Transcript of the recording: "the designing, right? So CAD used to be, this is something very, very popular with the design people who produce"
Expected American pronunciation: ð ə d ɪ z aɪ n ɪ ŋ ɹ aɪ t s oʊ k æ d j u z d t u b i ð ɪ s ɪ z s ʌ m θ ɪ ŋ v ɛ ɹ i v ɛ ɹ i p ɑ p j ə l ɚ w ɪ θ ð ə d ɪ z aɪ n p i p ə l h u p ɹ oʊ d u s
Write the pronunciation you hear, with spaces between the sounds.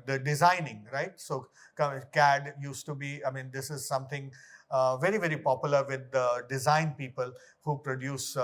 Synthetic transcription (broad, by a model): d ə d ɪ z aɪ n ɪ ŋ ɹ aɪ t s oʊ k æ d j u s t u b i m ɪ s ɪ z s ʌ m t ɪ ŋ v ɛ ɹ i v ɛ ɹ i p ɑ p j ə l ɚ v ɪ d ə d ɪ z aɪ n p i p ə l h u p ɹ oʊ d u s